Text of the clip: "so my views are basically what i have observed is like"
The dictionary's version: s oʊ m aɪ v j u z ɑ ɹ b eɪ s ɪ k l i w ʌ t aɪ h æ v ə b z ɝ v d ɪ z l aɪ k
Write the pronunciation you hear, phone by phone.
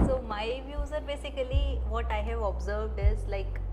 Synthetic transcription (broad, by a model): s oʊ m aɪ v j u z ɑ ɹ b eɪ s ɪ k l i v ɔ t aɪ h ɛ v ə b z ɝ v d ɪ z l aɪ k